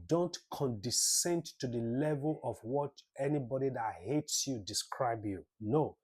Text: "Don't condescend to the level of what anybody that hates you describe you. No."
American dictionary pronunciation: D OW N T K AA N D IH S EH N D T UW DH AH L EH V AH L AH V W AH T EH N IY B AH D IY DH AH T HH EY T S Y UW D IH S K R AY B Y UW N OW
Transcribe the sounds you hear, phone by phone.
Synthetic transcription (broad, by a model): D OW N T K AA N D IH S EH N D T UW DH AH L EH V AH L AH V W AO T EH N IY B AH D IY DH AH T HH EY T S Y UW D IH S K R AY B Y UW N OW